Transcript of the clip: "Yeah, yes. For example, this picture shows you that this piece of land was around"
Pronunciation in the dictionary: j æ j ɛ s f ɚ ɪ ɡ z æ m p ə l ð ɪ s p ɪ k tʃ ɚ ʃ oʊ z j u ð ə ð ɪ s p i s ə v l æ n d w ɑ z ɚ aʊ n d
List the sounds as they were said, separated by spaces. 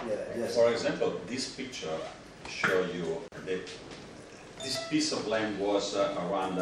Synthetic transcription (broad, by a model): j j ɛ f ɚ ɪ ɡ z æ m p ə l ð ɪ s p ɪ k tʃ ɚ ʃ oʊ j u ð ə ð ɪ s p i s ə v l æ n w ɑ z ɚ aʊ n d